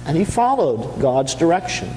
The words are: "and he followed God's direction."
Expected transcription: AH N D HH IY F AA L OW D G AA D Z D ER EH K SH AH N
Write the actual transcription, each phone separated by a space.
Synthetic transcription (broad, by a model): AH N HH IY F AA L OW D G AA D Z D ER EH K SH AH N